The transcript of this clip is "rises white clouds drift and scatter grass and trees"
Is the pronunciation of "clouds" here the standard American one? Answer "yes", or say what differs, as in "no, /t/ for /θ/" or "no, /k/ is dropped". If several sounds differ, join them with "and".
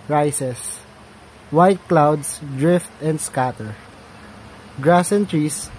no, /s/ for /z/